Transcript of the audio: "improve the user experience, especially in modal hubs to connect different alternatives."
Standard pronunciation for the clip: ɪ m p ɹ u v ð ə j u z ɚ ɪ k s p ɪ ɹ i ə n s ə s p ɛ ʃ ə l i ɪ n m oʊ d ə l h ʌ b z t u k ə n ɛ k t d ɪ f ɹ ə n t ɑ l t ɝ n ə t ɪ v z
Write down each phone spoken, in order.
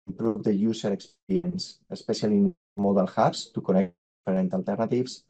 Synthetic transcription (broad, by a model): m p ɹ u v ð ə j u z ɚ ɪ k s p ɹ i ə n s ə s p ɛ s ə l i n m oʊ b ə l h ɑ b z t u k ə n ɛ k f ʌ ɹ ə n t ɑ l t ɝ n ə t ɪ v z